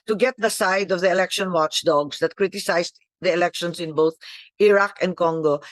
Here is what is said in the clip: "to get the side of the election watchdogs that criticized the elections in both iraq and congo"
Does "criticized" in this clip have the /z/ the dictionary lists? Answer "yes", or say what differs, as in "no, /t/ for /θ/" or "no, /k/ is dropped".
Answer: no, /s/ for /z/